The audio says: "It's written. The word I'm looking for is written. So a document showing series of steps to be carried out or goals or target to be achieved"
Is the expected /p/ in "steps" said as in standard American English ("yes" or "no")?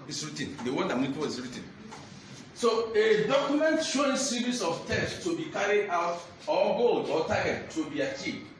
no